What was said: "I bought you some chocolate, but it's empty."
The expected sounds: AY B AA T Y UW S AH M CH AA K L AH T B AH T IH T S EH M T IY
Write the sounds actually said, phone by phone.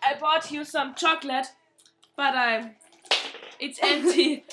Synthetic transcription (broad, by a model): AY B AA T Y UW S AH M CH AA K L AH T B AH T IH T S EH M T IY